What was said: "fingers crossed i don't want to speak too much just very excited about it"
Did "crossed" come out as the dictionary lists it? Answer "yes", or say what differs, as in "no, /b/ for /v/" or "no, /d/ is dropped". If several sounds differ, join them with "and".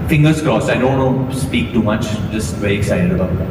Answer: no, /t/ is dropped